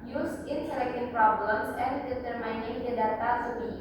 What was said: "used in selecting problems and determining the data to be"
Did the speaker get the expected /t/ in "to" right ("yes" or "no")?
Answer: no